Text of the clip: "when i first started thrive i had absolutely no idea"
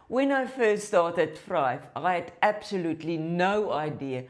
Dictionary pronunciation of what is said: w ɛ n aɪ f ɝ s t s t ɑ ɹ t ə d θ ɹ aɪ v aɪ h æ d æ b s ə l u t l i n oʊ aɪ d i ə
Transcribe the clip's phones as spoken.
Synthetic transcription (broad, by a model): w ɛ n aɪ f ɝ s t s t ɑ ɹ t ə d f ɹ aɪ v aɪ h æ d æ b s ə l u t l i n oʊ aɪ d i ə